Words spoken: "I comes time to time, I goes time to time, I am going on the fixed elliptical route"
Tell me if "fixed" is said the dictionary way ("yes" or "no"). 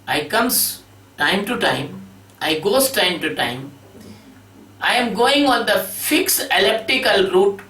no